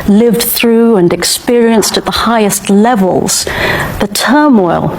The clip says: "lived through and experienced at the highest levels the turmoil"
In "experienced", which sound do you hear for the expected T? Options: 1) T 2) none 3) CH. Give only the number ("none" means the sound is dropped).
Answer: 1